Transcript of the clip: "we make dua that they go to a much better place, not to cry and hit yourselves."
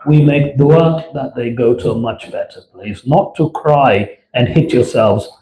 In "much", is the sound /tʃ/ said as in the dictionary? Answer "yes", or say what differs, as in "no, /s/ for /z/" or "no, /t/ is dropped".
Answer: yes